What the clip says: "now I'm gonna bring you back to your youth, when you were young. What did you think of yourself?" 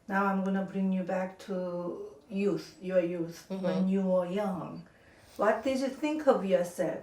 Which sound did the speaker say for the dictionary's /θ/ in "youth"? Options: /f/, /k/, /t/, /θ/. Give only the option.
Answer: /θ/